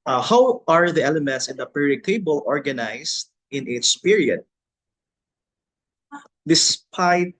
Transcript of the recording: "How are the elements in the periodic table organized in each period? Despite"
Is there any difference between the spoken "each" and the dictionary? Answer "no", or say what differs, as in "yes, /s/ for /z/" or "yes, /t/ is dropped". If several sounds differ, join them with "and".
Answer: yes, /s/ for /tʃ/